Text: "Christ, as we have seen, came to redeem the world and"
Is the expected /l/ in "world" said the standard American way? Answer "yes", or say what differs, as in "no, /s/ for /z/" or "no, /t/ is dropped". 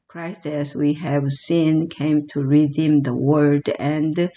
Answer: no, /l/ is dropped